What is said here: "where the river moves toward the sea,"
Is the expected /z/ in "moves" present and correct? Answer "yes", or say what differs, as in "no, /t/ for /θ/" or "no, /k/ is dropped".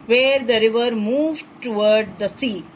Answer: no, /z/ is dropped